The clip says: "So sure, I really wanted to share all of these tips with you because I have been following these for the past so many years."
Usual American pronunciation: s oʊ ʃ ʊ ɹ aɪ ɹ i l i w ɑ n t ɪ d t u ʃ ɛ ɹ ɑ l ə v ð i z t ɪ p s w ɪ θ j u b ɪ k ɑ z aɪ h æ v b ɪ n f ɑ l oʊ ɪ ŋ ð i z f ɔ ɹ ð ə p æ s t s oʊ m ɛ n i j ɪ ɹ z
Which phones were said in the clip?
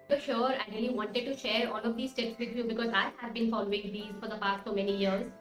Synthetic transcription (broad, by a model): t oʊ ʃ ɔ ɹ aɪ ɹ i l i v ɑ n t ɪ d t u ʃ ɛ ɹ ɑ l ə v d i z t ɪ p s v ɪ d j u b ɪ k ɑ z aɪ h æ v b ɪ n f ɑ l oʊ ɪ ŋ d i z f ɔ ɹ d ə p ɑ s t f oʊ m ɛ n i j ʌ ɹ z